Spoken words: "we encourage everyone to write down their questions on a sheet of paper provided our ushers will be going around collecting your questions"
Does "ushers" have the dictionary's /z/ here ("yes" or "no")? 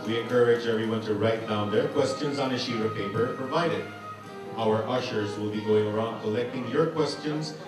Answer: yes